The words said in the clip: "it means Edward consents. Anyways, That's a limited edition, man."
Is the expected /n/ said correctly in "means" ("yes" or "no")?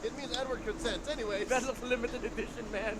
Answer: yes